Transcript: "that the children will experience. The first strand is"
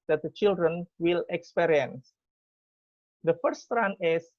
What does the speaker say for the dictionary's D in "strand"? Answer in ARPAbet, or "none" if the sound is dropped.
none